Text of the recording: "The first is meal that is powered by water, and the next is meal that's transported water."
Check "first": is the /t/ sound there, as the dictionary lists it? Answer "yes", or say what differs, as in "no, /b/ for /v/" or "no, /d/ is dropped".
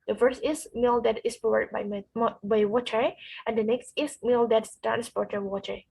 yes